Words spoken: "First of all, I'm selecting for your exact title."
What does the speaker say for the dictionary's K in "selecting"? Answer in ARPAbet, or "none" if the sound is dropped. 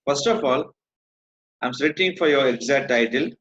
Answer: none